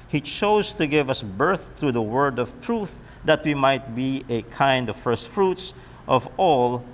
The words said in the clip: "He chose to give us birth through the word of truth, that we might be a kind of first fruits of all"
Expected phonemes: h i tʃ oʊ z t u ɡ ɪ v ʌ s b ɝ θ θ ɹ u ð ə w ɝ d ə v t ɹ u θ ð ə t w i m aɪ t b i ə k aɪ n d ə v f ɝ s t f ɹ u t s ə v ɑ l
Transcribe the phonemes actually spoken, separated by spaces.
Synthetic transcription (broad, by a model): h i tʃ oʊ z t u ɡ ɪ v ʌ s b ɝ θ θ ɹ u ð ə w ɝ d ə v t ɹ u θ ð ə t w i m aɪ t b i ə k aɪ n d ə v f ɝ s t f ɹ u t s ə v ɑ l